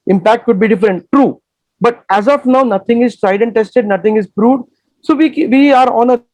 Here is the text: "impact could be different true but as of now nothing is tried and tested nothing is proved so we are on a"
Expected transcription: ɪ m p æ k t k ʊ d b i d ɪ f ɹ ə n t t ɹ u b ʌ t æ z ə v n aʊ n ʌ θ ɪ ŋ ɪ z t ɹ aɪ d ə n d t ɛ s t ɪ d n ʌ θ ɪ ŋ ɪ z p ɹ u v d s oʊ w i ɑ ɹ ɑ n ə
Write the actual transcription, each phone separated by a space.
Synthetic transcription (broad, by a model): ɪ m p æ k t k ʊ d b i d ɪ f ɹ ə n t t ɹ u b ʌ t æ z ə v n aʊ n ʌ t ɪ ŋ ɪ z t ɹ aɪ d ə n t ɛ s t ɪ d n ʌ t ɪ ŋ ɪ z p ɹ u d s oʊ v i ɑ ɹ ɑ n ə